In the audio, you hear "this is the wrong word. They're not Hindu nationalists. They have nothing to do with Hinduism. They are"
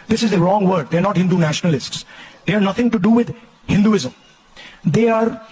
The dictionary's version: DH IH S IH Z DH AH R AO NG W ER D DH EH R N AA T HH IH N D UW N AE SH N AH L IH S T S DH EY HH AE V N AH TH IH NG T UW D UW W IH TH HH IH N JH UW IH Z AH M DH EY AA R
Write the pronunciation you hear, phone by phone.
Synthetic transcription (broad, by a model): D IH S IH Z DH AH R AO NG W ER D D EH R N AA T HH IH N D UW N AE SH N AH L IH S T S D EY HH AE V N AH T IH NG T UW D UW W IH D HH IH N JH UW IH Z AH M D EY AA R